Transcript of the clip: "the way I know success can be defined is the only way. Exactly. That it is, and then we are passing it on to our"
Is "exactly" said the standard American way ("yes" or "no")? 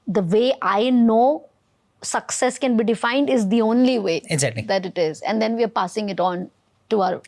no